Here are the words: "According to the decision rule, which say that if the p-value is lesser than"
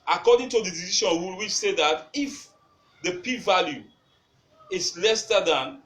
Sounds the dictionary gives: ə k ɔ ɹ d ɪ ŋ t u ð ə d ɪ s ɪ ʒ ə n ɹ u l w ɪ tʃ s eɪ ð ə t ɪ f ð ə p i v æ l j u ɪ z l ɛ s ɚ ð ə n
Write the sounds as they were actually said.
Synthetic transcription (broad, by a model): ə k ɔ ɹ d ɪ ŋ t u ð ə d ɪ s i ʃ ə n w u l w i s eɪ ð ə t ɪ f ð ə p i v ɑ l j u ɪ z l ɛ s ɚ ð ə n